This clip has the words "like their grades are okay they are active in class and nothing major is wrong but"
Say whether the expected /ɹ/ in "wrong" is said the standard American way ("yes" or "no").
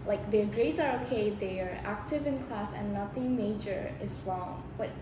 yes